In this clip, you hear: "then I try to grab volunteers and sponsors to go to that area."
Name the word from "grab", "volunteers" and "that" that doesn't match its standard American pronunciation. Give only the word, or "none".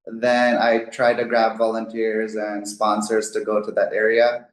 none